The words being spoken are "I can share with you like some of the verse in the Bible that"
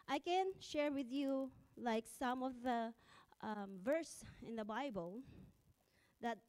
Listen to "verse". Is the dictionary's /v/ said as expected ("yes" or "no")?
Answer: yes